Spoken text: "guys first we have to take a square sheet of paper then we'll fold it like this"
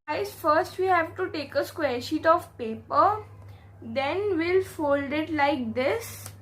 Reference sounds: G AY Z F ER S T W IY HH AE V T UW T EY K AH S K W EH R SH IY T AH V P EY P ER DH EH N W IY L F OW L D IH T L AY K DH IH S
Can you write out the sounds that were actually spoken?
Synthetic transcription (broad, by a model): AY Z F ER S T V IY HH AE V T UW T EY K AH S K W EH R SH IY T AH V P EY P ER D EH N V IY L F OW L D IH T L AY K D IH S